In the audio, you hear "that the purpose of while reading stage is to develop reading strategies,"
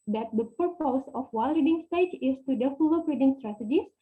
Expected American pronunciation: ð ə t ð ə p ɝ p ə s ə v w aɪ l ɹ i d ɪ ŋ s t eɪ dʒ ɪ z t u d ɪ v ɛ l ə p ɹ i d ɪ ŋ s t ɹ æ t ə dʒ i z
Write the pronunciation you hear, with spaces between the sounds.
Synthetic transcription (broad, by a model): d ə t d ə p ɝ p ə s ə f w aɪ l ɹ i d ɪ ŋ s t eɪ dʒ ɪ s t u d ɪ f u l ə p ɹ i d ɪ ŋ s t ɹ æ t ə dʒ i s